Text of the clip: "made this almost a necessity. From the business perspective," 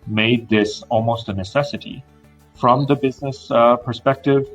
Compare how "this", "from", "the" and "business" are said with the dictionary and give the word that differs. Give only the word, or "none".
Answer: none